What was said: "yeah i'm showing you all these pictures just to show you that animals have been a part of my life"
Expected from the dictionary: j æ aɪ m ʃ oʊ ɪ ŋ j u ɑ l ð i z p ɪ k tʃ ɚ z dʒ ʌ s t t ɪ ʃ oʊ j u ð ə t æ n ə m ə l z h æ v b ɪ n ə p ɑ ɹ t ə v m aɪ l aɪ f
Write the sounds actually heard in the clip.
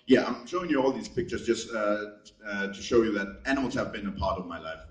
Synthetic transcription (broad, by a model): j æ aɪ m ʃ oʊ ɪ ŋ j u ɑ l ð i z p ɪ k tʃ ɚ z dʒ ʌ s t t ɪ ʃ oʊ j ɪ ð ə t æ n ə m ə l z h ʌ v b ɪ n ə p ɑ ɹ t ə v m aɪ l aɪ f